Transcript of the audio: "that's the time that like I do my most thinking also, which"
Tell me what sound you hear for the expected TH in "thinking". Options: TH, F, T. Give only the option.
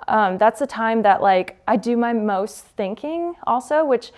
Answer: TH